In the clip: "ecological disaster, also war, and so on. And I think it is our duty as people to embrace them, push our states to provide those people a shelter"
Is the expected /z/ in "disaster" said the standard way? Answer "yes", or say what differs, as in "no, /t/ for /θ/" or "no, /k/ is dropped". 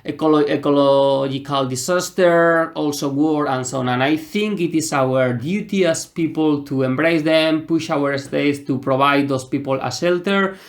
no, /s/ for /z/